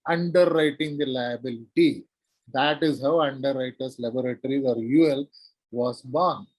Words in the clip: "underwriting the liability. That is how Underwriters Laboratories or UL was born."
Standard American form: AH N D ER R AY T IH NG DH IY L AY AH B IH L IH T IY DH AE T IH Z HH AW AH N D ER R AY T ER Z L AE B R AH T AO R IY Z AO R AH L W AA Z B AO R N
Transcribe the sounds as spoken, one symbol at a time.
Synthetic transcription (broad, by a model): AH N D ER R AY T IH NG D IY L AY AH B IH L IH T IY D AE T IH Z HH AW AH N D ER R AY T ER S L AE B R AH T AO R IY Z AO R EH L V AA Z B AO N